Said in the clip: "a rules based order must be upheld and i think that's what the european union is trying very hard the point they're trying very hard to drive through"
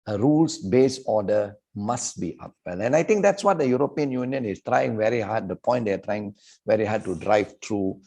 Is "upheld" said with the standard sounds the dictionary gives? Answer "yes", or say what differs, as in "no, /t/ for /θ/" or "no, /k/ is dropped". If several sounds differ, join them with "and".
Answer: no, /d/ is dropped